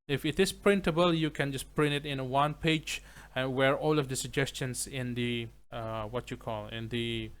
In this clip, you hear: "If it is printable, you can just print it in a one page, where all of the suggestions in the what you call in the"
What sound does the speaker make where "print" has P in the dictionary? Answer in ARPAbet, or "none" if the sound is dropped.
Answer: P